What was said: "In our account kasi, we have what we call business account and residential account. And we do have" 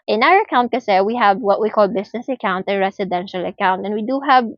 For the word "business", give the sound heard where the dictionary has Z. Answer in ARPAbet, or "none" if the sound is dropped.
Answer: S